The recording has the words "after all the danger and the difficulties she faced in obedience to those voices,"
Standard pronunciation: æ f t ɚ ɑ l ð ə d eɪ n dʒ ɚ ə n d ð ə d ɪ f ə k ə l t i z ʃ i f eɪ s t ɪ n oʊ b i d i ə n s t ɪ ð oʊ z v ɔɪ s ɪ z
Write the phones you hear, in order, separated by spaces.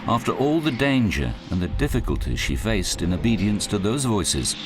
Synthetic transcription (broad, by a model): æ f t ɚ ɑ l ð ə d eɪ n dʒ ɚ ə n ð ə d ɪ f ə k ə l t i ʃ i f eɪ s t ɪ n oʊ b i d i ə n s t ɪ ð oʊ z v ɔɪ s ɪ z